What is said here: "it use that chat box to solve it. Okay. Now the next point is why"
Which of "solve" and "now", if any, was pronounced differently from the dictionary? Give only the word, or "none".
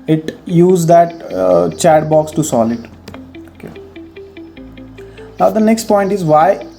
solve